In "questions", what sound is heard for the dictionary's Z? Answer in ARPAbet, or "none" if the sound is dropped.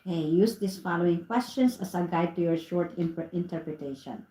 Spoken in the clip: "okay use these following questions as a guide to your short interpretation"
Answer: S